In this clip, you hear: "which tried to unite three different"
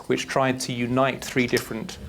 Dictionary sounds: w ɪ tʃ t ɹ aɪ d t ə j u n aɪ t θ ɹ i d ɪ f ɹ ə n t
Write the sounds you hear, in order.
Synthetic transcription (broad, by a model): w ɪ tʃ t ɹ aɪ d t ə j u n aɪ t θ ɹ i d ɪ f ɹ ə n t